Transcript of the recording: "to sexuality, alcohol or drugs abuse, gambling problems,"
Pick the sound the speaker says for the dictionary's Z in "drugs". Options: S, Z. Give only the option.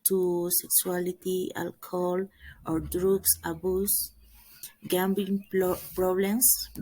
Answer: S